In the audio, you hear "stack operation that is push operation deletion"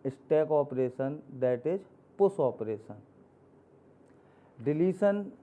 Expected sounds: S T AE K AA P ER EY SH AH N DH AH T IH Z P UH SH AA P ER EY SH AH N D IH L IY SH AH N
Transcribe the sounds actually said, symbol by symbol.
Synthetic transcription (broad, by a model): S T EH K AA P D EY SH AH N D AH T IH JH P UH S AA P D EY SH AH N D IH L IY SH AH N